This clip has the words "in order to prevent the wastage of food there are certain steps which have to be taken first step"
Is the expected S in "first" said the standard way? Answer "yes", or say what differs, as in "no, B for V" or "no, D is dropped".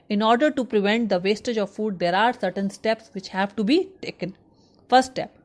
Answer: no, S is dropped